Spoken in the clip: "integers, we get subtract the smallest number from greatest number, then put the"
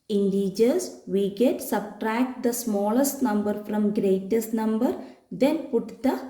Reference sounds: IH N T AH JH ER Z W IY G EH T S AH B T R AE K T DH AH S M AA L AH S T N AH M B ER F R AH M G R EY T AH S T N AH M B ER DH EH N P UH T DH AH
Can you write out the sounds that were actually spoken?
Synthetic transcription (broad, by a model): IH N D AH JH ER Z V IY G EH T S AH B T R AE K T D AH S M AA L AH S T N AH M B ER F R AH M G R EY T AH S T N AH M B ER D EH N P UH T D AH